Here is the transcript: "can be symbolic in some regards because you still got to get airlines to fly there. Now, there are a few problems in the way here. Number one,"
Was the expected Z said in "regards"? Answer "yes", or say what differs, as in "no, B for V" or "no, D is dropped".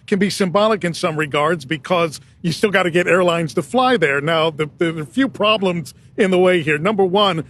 yes